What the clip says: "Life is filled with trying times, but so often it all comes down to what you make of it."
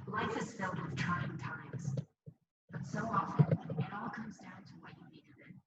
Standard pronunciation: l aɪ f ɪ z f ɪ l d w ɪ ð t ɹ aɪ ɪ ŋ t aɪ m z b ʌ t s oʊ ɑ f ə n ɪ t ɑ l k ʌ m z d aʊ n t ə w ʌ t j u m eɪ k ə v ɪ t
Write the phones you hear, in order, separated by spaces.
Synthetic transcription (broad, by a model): l aɪ f ɪ z f ɪ l d w ɪ ð t ɹ aɪ ɪ ŋ t aɪ m z b ʌ t s oʊ ɑ f ə n ɪ t ɑ l k ʌ m z d aʊ n t ə w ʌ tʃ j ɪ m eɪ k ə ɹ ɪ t